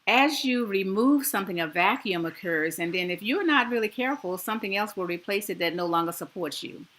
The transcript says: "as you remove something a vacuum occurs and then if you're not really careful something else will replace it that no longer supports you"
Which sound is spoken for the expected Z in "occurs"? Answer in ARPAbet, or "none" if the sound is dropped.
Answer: Z